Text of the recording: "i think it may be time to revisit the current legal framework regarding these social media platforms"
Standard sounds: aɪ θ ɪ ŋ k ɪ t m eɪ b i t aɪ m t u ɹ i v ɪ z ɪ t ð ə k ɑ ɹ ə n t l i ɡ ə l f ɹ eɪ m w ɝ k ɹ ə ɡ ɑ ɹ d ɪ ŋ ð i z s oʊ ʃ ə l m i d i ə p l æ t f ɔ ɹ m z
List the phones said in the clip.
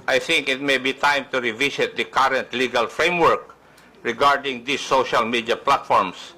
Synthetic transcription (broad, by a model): aɪ θ ɪ ŋ k ɪ t m eɪ b i t aɪ m t u ɹ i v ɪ s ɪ t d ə k ɑ ɹ ə n t l i ɡ ə l f ɹ eɪ m w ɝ k ɹ ə ɡ ɑ ɹ d ɪ ŋ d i s oʊ ʃ ə l m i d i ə p l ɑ t f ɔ ɹ m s